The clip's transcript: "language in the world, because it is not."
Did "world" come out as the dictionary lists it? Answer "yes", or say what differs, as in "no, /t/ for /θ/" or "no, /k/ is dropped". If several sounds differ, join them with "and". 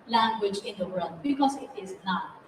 no, /l/ is dropped